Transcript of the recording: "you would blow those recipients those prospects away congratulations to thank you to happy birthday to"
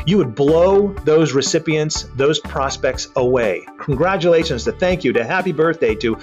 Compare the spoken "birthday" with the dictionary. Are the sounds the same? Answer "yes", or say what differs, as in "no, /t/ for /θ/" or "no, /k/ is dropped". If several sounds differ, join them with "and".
yes